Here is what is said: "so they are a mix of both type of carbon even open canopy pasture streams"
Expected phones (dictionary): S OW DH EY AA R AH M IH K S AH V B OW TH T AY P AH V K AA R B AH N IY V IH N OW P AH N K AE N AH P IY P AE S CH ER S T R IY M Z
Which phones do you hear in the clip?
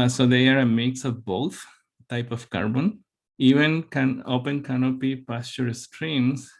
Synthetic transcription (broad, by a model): S OW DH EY AA R AH M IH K S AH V B OW T T AY P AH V K AA R B AH N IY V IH N OW P AH N K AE N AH P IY P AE S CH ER S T R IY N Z